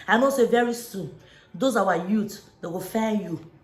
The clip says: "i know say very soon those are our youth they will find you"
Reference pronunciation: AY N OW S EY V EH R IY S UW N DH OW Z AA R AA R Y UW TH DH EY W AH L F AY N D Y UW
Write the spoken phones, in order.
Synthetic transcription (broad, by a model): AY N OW S EY V EH R IY S UW N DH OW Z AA W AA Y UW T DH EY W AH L F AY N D Y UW